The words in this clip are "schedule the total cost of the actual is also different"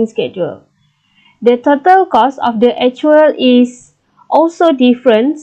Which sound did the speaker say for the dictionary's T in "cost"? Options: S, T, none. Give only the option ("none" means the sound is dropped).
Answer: none